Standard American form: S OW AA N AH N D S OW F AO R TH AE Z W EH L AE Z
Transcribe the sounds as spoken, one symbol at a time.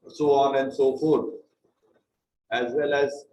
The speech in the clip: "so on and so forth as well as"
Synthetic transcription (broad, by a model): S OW AA N AH N D S OW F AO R AE Z W EH L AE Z